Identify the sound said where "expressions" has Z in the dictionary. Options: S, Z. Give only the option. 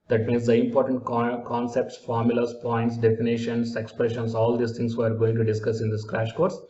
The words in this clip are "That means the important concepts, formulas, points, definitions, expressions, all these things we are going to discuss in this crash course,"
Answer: S